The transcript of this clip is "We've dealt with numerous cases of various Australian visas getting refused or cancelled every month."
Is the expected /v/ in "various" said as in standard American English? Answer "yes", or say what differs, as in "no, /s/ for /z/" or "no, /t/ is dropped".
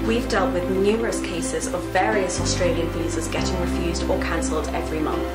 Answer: yes